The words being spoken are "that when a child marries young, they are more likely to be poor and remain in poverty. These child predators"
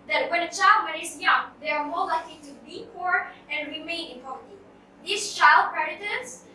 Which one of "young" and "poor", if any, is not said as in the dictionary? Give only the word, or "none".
none